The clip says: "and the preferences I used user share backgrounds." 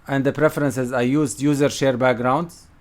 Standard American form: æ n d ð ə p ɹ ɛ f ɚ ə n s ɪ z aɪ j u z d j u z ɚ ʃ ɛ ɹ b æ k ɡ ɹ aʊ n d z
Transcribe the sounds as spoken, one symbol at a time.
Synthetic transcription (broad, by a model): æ n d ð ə p ɹ ɛ f ɚ ə n s ɪ z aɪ j u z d j u z ɚ ʃ ɛ ɹ b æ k ɡ ɹ aʊ n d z